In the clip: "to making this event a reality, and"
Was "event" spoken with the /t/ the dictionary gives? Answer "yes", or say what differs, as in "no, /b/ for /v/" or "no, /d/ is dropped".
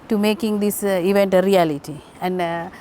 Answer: yes